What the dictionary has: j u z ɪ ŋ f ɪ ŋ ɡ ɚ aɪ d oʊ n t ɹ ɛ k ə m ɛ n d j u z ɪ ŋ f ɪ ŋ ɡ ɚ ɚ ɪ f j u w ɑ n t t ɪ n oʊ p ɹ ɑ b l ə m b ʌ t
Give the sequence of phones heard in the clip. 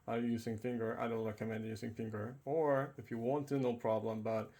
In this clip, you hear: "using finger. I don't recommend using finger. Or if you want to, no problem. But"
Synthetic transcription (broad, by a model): j u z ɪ ŋ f ɪ ŋ ɡ ɚ aɪ d oʊ n t ɹ ɛ k ə m ɛ n d j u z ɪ ŋ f ɪ ŋ ɡ ɚ ɚ ɪ f j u w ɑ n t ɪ n oʊ p ɹ ɑ b l ə m b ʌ t